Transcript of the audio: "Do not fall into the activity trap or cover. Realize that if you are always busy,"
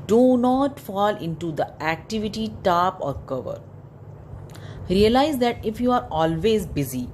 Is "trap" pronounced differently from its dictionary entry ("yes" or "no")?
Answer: yes